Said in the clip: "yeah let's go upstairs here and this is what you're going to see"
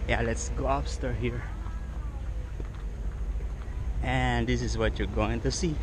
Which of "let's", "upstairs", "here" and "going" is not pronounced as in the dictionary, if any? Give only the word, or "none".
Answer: upstairs